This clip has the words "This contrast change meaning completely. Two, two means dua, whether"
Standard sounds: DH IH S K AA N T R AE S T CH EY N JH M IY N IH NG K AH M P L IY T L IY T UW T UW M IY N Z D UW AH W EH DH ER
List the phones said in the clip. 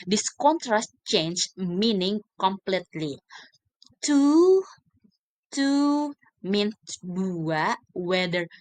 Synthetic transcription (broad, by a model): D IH S K AA N T R AE S T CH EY N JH M IY N IH NG K AH M P L IY T L IY T UW T UW M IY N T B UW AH W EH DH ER